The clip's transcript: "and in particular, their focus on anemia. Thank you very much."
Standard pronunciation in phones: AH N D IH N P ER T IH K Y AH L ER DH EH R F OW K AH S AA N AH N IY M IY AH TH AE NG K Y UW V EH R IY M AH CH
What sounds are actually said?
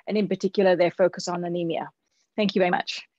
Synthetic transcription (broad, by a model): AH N IH N P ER T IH K Y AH L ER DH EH F OW K AH S N AH N IY M IY AH TH AE NG K Y UW V EH R IY M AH CH